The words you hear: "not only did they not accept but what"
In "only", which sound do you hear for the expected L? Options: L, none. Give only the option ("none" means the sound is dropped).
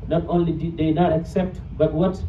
L